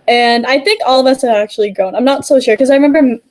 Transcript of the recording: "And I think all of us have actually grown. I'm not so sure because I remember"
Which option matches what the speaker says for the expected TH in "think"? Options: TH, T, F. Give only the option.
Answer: TH